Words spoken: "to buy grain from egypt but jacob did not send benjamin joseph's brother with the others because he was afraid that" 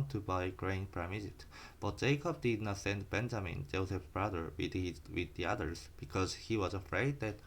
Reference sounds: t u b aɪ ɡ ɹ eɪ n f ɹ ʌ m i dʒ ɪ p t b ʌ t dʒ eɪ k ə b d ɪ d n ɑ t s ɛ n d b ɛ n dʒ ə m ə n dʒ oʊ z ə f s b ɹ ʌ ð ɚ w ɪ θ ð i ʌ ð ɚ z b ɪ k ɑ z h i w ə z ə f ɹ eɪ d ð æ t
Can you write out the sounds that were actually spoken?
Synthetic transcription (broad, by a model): t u b aɪ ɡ ɹ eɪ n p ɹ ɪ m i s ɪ t b ʌ t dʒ eɪ k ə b d ɪ d n ɑ t s ɛ n d b ɛ n dʒ ə m ə n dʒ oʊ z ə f b ɹ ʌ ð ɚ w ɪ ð i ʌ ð ɚ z b ɪ k ɑ z h i w ə z ə f ɹ eɪ d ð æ t